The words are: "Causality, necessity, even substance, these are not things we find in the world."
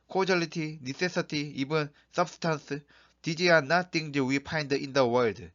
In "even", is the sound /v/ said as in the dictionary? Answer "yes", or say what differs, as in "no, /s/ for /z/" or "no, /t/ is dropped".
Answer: no, /b/ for /v/